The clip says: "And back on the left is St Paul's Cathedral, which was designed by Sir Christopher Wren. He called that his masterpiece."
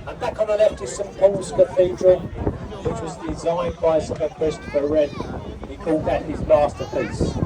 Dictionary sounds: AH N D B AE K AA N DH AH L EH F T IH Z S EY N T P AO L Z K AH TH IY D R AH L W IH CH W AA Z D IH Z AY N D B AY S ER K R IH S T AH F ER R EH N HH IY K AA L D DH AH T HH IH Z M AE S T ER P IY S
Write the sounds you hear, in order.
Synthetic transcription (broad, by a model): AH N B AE K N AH L EH F T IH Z S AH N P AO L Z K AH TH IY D R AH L W IH CH W AA Z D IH Z AY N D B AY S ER K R IH S T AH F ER R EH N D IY K AA L D DH AH T HH IH Z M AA S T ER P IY S